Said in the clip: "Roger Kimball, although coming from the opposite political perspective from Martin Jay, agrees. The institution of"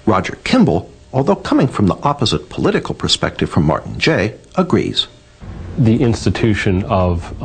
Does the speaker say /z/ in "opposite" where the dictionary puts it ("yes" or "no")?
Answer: yes